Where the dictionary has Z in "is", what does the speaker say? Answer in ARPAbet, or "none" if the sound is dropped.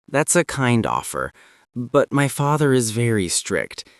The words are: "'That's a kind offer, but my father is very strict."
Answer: Z